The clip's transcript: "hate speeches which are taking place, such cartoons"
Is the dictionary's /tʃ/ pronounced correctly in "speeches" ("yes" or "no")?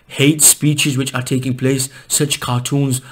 yes